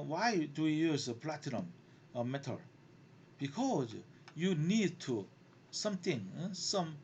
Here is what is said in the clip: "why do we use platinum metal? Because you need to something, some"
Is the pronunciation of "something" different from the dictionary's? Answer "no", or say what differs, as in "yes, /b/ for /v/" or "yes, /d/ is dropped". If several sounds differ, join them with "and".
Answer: yes, /t/ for /θ/